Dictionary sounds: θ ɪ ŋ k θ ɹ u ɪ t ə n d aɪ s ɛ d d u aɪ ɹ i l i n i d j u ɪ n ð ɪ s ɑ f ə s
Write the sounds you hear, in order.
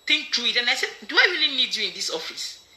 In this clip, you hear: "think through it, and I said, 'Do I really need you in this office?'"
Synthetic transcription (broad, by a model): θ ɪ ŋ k t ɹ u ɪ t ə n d aɪ s ɛ d d u aɪ ɹ i l i n i d j u ɪ n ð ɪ s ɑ f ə s